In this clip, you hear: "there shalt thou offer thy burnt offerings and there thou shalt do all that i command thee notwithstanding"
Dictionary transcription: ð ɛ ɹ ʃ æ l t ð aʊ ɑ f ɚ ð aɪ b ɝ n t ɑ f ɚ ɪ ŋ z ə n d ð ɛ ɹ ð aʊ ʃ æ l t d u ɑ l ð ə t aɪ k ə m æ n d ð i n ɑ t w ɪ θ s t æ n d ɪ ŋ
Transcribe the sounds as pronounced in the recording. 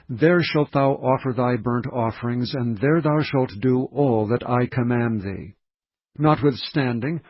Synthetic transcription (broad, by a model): ð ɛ ɹ ʃ æ l t ð aʊ ɑ f ɚ ð aɪ b ɝ n t ɑ f ɚ ɪ ŋ z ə n ð ɛ ɹ ð aʊ ʃ æ l t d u ɑ l ð ə t aɪ k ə m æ n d ð i n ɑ t w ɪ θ s t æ n d ɪ ŋ